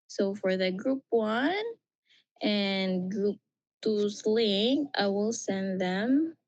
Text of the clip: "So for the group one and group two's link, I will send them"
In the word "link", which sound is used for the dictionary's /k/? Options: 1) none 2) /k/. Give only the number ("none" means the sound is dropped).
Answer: 1